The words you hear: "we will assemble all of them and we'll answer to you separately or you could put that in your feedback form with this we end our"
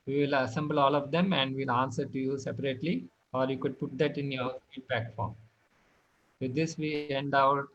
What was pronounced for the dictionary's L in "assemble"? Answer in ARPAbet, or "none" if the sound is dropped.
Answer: L